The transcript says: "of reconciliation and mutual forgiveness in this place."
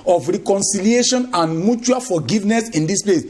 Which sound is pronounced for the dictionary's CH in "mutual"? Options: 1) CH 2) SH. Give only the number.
1